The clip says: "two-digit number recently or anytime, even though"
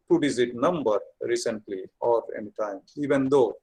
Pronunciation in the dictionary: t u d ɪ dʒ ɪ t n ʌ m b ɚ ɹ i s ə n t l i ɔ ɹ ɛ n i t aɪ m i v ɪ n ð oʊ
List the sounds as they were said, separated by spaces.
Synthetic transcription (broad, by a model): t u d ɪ z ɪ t n ʌ m b ɚ ɹ i s ə n t l i ɔ ɹ ɛ n i t aɪ m i v ɪ n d oʊ